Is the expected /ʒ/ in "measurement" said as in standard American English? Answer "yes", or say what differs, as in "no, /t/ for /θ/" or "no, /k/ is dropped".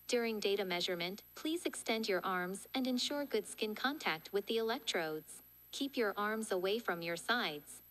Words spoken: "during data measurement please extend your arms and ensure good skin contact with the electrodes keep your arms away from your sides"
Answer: yes